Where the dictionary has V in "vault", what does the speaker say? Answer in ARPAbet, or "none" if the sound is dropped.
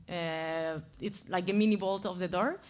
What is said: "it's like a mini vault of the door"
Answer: B